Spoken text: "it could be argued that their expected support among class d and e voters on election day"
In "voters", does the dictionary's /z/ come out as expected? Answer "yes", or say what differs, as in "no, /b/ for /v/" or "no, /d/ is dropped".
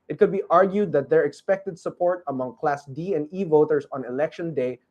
no, /s/ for /z/